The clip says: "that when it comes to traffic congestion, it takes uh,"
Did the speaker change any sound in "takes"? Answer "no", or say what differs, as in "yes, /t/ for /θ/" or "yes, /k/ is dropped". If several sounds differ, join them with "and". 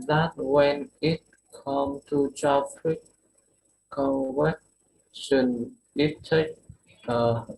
yes, /s/ is dropped